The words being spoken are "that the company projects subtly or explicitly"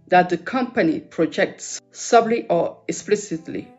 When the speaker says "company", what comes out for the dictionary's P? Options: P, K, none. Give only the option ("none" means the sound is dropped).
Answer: P